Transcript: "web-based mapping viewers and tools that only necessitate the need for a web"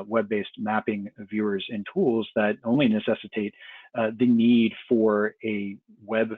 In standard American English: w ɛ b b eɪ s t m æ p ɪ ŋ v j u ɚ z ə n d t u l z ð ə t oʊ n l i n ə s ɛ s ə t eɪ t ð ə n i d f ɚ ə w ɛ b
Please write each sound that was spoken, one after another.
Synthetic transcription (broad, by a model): w ɛ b b eɪ s t m æ p ɪ ŋ v j u ɚ z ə n t u l z ð ə t oʊ n l i n ə s ɛ s ə t eɪ t ð ə n i d f ɚ ə w ɛ b